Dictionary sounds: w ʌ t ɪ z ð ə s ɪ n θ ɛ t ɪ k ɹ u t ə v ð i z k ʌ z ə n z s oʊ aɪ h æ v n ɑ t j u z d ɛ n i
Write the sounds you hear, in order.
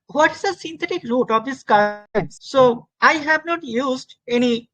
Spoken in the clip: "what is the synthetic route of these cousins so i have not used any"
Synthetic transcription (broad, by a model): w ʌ t ɪ z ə s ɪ n t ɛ t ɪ k ɹ u t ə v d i s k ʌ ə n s s oʊ aɪ h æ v n ɑ t j u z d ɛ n i